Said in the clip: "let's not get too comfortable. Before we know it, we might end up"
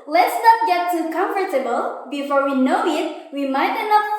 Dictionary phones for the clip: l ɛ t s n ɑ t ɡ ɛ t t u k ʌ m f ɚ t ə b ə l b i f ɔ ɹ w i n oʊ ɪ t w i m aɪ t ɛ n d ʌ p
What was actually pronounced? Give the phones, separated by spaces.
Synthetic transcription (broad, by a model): l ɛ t s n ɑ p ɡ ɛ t t u k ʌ m f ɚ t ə b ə l b i f ɔ ɹ w i n oʊ ɪ t w i m aɪ t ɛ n ʌ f